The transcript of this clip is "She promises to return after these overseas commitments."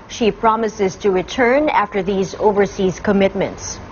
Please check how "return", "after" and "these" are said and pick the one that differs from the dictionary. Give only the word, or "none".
none